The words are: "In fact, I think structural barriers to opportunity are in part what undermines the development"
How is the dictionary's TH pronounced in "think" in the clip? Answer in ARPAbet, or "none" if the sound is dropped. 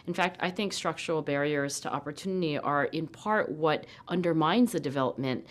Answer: TH